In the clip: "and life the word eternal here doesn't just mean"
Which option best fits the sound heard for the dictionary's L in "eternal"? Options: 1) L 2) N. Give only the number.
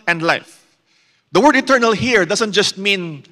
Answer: 1